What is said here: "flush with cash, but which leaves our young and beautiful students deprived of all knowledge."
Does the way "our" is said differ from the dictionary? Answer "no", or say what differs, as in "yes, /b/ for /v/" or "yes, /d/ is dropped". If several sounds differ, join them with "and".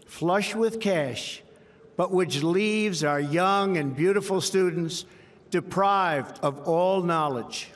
no